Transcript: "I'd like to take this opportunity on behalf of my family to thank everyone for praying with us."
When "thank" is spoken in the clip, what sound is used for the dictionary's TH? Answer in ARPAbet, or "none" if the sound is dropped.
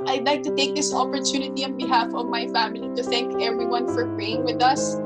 TH